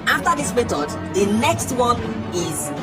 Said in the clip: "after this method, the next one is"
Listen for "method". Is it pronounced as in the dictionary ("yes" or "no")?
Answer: no